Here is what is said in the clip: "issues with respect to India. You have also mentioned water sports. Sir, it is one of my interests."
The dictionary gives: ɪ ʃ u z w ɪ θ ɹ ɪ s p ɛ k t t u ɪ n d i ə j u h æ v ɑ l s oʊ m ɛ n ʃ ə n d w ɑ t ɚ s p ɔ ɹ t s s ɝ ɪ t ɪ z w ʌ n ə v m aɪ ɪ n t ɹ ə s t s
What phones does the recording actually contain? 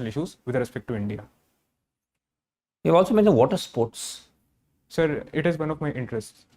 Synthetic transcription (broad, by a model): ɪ ʃ u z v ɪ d ɹ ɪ s p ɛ k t t u ɪ n d i ə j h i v ɑ l s oʊ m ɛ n ə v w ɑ t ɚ s p ɔ ɹ t s s ɝ ɪ t ɪ z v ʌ n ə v m aɪ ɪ n t ɹ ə s t s